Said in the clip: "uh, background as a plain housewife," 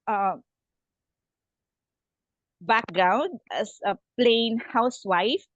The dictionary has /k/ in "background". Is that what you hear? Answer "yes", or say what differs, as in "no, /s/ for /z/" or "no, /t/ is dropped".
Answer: yes